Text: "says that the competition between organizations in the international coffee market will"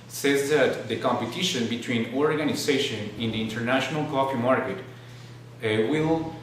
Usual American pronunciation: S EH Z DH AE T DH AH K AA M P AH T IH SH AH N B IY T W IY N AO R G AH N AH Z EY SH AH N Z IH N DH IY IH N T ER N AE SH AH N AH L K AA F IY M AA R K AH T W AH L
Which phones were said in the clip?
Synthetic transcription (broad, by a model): S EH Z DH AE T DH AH K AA M P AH T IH SH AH N B IY T W IY N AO R G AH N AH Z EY SH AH N IH N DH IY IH N T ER N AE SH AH N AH L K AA P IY M AA R K AH T W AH L